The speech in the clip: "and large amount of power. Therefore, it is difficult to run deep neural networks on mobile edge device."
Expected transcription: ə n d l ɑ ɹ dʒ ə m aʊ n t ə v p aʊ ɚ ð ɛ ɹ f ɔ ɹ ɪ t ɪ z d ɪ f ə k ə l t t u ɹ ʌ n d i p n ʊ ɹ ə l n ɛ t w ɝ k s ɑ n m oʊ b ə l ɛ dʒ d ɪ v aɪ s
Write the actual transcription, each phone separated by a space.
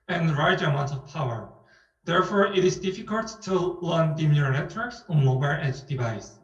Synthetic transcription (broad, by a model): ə n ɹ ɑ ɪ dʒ ə m aʊ n t ə v p aʊ ɚ ð ɛ ɹ f ɔ ɹ ɪ t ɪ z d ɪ f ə k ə l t t u l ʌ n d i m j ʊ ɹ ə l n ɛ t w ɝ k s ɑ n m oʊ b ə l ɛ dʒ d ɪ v aɪ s